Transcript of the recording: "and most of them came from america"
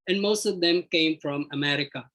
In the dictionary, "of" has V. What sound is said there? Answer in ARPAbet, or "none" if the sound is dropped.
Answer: V